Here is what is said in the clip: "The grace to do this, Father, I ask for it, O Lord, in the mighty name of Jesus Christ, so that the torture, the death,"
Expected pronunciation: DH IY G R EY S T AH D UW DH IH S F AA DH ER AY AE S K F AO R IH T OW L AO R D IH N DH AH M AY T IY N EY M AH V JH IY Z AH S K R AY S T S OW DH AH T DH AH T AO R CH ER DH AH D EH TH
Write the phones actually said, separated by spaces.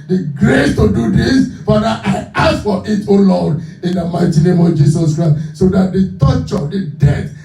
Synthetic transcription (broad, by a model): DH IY G R EY S T AH D UW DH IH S F AA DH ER AY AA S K F AO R IH T OW L AO D IH N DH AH M AY T IY N EY M AH V JH IY S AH S K R AY S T S OW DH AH T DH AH T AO CH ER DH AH D EH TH